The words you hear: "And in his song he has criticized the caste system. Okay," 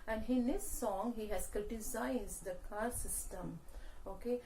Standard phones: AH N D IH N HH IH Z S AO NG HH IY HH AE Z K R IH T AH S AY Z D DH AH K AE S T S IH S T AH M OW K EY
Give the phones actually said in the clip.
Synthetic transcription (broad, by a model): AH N D IH N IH S AO NG HH IY HH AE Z K R IH T AH S AY Z D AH K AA T S IH S T AH M OW K EY